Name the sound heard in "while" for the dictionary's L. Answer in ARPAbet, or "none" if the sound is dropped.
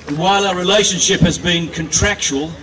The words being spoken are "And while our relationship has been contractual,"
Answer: L